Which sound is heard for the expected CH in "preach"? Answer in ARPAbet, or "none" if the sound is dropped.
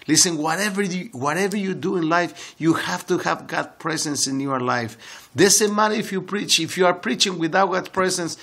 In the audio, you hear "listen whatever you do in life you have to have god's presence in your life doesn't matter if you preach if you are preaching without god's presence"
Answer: CH